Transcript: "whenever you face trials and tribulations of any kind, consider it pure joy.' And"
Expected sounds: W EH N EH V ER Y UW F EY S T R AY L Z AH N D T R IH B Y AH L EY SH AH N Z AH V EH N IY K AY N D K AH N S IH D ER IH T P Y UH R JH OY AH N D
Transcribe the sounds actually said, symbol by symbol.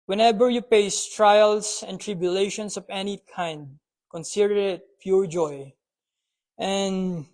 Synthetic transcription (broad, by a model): W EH N EH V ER Y UW P EY S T R AY L S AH N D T R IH B Y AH L EY SH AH N S AH V EH N IY K AY N D K AH N S IH D ER IH T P Y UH R JH OY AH N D